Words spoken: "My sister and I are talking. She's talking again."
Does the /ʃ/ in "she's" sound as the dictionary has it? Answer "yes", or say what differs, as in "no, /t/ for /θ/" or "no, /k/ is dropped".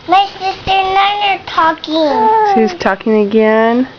no, /s/ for /ʃ/